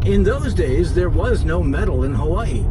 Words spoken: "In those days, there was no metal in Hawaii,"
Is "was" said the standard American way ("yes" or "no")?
yes